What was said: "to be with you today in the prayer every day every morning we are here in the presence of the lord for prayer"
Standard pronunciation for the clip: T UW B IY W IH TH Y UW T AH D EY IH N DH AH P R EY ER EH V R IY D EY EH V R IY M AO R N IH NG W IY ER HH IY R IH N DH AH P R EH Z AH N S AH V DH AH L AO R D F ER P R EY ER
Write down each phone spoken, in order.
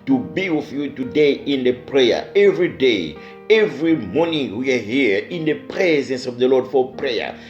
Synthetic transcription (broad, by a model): T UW B IY W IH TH Y UW T AH D EY IH N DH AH P R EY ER EH V R IY D EY EH V R IY M AO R N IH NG W IY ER HH IY R IH N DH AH P R EH Z AH N S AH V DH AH L AO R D F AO P R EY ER